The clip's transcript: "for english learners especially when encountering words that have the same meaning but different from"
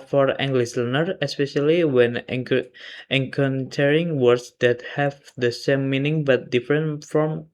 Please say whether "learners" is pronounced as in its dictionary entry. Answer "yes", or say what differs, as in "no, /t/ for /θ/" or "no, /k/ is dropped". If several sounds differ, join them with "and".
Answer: no, /z/ is dropped